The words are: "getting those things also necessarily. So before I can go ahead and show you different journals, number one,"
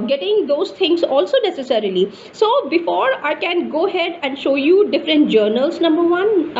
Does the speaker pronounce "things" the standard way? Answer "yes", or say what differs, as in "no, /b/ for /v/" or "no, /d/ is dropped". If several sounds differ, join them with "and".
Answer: no, /t/ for /θ/